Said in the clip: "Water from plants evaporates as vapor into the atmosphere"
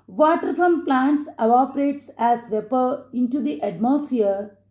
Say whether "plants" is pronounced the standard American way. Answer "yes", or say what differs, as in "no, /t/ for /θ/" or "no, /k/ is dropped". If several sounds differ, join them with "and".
yes